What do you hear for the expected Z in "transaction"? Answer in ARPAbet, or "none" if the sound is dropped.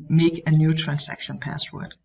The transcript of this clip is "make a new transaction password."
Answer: S